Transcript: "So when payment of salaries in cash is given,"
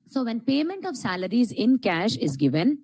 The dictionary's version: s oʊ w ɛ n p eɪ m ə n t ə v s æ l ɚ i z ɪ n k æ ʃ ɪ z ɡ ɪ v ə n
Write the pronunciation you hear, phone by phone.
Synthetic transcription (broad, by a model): s oʊ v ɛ n p eɪ m ə n t ə v s æ l ɚ i z ɪ n k æ ʃ ɪ z ɡ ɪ v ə n